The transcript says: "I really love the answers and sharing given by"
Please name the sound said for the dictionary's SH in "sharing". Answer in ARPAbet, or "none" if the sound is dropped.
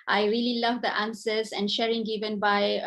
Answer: SH